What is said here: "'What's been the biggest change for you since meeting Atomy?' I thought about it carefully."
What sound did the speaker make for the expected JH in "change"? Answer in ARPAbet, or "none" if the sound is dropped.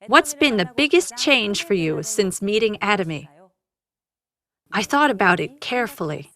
ZH